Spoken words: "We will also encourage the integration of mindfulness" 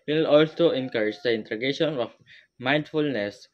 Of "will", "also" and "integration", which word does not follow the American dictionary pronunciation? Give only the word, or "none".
integration